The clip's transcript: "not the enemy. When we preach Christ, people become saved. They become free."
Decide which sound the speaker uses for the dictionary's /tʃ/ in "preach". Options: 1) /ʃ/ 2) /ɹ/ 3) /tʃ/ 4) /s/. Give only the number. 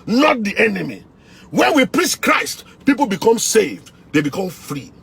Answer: 4